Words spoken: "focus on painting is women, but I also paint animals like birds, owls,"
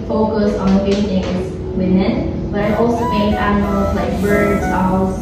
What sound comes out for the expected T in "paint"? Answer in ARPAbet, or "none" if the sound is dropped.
none